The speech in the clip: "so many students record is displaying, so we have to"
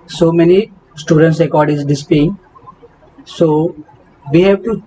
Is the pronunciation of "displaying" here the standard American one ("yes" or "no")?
no